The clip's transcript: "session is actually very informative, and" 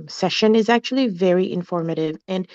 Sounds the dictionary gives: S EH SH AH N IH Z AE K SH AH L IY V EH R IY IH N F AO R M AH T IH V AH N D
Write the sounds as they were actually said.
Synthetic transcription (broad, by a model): S EH SH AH N IH Z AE K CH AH L IY V EH R IY IH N F AO R M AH T IH V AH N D